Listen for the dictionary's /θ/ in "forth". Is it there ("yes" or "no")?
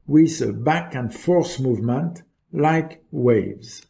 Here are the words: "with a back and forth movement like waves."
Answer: no